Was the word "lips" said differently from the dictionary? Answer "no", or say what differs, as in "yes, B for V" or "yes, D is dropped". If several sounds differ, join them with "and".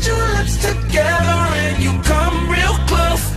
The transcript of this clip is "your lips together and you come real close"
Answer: yes, P is dropped